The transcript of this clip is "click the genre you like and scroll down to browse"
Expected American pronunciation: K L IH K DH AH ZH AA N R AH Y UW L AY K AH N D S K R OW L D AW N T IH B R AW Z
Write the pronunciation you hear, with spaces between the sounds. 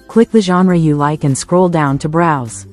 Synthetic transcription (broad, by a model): K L IH K DH AH ZH AA N R AH Y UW L AY K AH N S K R OW L D AW N T IH B R AW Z